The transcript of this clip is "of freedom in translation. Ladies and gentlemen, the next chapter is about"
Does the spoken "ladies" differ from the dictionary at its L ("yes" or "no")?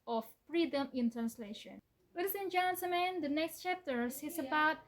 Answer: yes